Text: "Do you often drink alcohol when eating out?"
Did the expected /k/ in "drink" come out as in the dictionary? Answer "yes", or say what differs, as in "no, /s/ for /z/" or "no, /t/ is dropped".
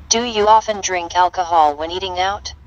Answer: yes